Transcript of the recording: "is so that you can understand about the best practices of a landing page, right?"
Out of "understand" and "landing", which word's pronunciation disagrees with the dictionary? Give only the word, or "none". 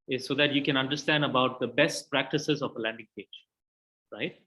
none